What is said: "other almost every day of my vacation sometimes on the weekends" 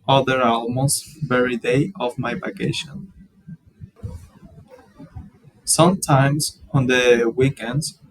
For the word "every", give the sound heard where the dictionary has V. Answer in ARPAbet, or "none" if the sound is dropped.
none